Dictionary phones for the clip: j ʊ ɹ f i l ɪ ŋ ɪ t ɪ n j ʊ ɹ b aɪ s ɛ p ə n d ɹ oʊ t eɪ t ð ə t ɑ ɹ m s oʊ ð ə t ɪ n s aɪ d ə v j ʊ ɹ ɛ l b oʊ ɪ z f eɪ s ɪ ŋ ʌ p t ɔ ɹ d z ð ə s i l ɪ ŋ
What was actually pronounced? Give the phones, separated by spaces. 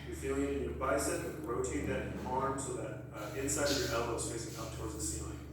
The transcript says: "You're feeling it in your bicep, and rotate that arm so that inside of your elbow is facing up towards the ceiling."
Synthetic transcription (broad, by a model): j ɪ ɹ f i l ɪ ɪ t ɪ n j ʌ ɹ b aɪ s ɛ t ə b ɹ oʊ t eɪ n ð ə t ɑ ɹ m s oʊ ð ə t ɪ n s aɪ d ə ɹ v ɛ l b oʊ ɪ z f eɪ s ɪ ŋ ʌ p t ɔ ɹ d z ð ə s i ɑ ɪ